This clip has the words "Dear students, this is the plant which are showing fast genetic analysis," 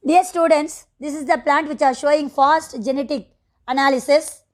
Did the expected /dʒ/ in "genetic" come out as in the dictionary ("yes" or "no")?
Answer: yes